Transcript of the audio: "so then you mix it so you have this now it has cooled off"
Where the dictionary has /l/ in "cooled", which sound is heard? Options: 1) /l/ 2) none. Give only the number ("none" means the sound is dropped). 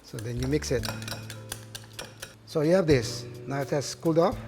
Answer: 1